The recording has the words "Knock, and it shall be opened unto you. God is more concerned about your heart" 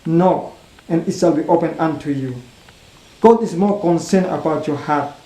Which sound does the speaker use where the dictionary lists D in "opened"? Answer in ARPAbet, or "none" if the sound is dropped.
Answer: none